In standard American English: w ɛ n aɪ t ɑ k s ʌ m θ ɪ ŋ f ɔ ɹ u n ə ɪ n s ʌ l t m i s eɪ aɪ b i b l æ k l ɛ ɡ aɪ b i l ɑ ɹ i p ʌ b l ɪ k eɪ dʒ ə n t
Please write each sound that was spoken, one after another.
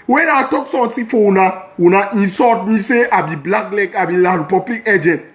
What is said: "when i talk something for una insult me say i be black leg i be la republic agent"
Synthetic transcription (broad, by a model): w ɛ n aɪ t ɑ k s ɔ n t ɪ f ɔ w u n ə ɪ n s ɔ t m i s eɪ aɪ b i b l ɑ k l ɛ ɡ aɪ b i l ɑ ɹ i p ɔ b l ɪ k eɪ dʒ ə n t